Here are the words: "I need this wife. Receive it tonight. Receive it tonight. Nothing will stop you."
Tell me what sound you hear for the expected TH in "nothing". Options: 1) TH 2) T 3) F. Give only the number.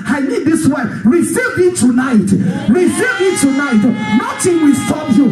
2